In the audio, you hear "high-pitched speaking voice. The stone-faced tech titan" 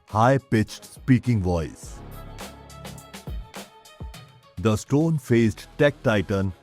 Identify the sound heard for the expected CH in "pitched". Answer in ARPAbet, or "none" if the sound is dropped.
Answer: CH